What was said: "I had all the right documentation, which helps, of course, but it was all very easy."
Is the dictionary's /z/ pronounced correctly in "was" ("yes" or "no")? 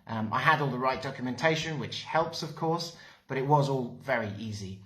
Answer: yes